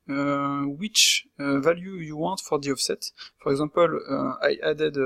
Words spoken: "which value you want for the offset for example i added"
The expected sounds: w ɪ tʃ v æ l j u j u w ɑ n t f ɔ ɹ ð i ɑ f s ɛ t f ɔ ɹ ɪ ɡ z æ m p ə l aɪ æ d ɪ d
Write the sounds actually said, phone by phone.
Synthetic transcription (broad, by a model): w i tʃ v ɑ l j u j u w ɑ t f ɔ ɹ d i ɑ f s ɛ t f ɔ ɹ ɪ ɡ z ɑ p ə l aɪ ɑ d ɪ d